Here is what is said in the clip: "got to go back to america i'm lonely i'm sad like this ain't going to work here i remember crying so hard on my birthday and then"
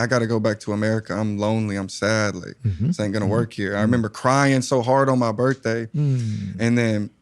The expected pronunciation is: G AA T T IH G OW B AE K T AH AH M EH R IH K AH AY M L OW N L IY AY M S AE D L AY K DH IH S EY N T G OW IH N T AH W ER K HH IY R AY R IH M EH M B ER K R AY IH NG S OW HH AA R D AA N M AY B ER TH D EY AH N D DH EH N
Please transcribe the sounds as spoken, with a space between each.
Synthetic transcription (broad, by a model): G AA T T IH G OW B AE K T AH AH M EH R IH K AH AY M L OW N L IY AY M S AE D L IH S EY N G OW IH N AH W ER K HH IY R AY R IH M EH M B ER K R AY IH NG S OW HH AA R D N M AY B ER TH D EY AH N DH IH N